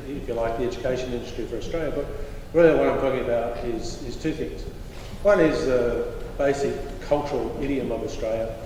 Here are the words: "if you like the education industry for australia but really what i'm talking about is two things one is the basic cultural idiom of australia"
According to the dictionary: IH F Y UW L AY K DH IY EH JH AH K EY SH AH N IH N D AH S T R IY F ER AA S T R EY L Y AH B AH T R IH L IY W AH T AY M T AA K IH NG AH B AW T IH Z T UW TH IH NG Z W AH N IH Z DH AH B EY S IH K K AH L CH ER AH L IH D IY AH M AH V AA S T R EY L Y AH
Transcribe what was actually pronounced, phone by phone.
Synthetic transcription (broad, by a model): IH F Y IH L AY K DH IY EH JH AH K EY SH AH N IH N D AH S T R IY F ER AA S T R EY L Y AH B AH T R IH L IY W AH T AY M T AA K IH NG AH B AW T IH Z T UW TH IH NG Z W AH N IH Z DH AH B EY S IH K K AH L CH ER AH L IH D IY AH M AH V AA S T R EY L Y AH